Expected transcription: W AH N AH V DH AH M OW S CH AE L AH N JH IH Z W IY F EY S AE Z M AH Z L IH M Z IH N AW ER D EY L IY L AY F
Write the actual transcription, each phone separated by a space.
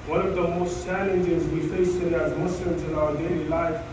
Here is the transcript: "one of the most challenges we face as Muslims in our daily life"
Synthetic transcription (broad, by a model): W AH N AH V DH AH M OW S CH AE L AH N JH IH Z W IY F EY S AE Z M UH S L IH M Z IH N AW ER D EY L IY L AY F